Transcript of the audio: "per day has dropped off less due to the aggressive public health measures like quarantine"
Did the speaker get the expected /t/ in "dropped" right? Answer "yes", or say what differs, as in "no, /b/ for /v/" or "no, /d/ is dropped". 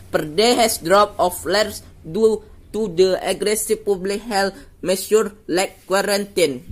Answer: no, /t/ is dropped